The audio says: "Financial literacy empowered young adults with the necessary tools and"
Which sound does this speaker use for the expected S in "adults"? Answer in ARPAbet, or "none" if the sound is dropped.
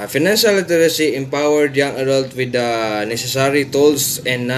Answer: none